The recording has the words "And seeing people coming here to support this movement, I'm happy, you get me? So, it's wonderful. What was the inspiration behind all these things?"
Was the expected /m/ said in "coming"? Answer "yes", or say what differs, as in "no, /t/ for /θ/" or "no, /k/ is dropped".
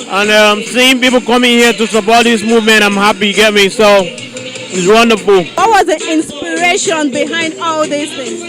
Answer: yes